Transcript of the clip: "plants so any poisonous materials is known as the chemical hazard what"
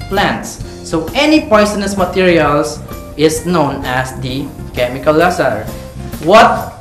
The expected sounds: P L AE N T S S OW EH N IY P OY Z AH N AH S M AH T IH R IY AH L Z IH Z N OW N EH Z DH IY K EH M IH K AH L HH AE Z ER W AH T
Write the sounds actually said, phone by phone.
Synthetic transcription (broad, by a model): P L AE N T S S OW EH N IY P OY S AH N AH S M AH T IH R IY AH L S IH S N OW N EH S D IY K EH M IH K AH L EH S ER W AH T